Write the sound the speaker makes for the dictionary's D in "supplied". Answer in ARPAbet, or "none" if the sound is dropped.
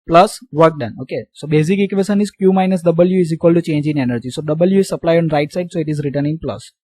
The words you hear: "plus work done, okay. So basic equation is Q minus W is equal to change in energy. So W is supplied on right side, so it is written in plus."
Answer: none